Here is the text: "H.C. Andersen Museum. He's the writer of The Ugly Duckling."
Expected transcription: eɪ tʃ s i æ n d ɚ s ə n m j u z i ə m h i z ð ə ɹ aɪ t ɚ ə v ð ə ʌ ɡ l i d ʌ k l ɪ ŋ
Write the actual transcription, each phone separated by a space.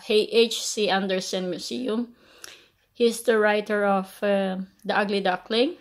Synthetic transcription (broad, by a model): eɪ tʃ s i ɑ n d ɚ s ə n m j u s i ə m h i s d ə ɹ aɪ t ɚ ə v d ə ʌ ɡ l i d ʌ k l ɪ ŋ